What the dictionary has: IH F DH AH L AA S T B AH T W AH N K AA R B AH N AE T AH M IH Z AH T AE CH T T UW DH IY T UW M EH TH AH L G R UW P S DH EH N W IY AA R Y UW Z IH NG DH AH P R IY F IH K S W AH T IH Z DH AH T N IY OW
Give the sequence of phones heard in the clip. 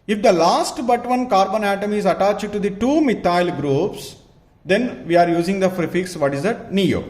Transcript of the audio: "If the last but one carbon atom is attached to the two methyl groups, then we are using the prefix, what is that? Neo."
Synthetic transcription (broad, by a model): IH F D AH L AA S T B AH T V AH N K AA R B AH N AE T AH M IH Z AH T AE CH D T UW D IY T UW M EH T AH L G R UW P S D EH N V IY AA R Y UW Z IH NG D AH F R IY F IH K S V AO T IH Z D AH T N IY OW